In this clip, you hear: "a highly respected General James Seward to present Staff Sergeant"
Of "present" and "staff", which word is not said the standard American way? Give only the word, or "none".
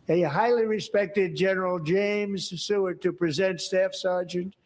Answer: none